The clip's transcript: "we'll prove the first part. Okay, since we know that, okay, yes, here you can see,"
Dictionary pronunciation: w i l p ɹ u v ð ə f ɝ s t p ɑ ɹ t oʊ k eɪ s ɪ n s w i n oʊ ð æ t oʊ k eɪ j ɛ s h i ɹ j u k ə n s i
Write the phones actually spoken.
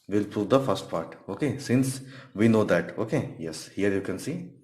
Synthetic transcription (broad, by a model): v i l p ɹ u v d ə f ɝ s t p ɑ ɹ t oʊ k eɪ s ɪ n s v i n oʊ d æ t oʊ k eɪ j ɛ s h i ɹ j u k ə n s i